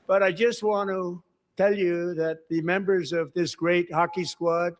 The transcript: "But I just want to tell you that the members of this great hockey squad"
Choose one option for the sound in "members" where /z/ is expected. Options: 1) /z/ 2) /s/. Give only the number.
1